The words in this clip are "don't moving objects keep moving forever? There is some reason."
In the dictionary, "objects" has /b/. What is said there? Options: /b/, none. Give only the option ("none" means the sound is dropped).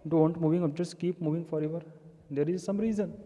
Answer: none